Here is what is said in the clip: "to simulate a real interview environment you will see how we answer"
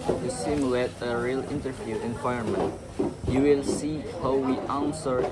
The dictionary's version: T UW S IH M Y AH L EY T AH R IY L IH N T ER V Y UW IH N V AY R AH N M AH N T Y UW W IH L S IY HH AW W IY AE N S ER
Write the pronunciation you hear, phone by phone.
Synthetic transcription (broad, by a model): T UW S IH M Y AH L EY T AH R IY L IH N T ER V Y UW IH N W AY AH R M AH N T Y UW W IH L S IY HH AW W IY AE N S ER